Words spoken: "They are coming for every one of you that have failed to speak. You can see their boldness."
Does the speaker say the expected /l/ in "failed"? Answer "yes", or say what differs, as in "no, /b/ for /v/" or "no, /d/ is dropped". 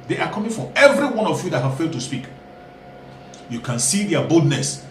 yes